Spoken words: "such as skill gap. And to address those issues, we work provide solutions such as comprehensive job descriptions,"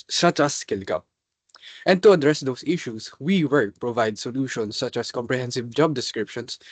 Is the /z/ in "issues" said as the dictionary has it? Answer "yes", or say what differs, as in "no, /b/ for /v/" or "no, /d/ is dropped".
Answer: no, /s/ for /z/